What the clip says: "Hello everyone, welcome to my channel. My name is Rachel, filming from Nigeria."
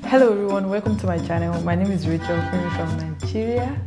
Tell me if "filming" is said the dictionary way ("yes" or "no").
no